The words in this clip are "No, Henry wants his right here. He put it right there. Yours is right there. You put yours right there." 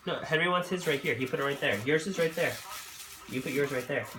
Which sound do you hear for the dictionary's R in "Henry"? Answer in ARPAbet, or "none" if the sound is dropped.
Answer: R